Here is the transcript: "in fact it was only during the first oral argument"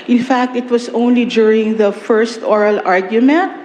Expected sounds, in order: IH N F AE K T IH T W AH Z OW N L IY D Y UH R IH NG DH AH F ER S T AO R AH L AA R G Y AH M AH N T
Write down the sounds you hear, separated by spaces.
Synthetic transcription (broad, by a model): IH N F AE K T IH T W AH S OW N L IY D Y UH R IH NG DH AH F ER S T AO R AH L AA R G Y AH M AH N T